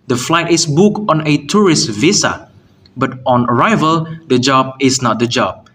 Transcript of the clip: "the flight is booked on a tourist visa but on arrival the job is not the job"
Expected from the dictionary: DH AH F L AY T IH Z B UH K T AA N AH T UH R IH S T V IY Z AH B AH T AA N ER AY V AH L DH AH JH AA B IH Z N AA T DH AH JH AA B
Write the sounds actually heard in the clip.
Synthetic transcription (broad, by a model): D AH F L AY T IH S B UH K AA N AH T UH R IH S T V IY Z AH B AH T AA N ER AY V AH L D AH JH AA B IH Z N AA T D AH JH AA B